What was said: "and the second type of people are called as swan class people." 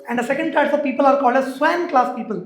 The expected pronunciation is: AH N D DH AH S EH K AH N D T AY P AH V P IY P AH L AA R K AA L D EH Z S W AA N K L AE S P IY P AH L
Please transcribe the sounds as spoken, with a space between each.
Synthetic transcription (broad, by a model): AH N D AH S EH K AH N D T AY F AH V P IY P AH L AA R K AA L D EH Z S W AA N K L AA S P IY P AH L